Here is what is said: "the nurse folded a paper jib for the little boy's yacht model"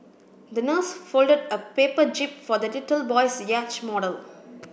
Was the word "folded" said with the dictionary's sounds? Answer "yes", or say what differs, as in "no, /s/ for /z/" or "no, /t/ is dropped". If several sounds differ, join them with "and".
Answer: yes